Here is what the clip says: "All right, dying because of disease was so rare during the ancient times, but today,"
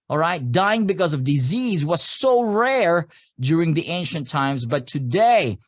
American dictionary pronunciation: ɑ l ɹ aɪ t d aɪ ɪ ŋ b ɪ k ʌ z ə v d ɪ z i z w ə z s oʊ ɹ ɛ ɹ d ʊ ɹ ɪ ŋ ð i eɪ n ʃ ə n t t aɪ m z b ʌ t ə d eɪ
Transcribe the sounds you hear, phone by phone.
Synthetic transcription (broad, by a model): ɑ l ɹ aɪ t d aɪ ɪ ŋ b ɪ k ʌ z ə v d ɪ z i z w ə z s oʊ ɹ ɛ ɹ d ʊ ɹ ɪ ŋ ð i eɪ n ʃ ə n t t aɪ m z b ʌ t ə d eɪ